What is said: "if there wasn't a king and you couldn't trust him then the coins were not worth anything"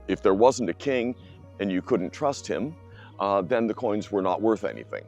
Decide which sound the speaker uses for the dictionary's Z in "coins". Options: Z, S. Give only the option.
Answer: Z